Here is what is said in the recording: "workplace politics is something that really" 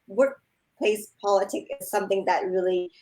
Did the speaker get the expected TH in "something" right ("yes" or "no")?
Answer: yes